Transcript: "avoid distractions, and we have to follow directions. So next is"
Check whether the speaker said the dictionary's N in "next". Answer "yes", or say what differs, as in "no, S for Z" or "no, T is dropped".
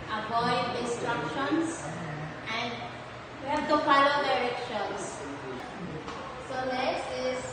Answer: no, L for N